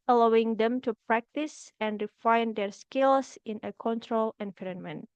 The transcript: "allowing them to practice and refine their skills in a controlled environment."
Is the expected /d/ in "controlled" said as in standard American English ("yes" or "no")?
no